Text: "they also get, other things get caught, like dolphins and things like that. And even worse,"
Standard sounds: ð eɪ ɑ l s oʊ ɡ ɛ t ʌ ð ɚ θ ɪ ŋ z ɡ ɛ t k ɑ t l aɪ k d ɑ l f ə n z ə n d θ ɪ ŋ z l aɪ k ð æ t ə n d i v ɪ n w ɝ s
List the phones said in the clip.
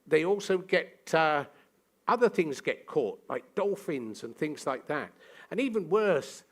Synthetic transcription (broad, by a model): ð eɪ ɑ l s oʊ ɡ ɛ t ʌ ð ɚ θ ɪ ŋ z ɡ ɛ t k ɑ t l aɪ k d ɑ l f ə n z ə n θ ɪ ŋ z l aɪ k ð æ t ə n i v ɪ n w ɝ s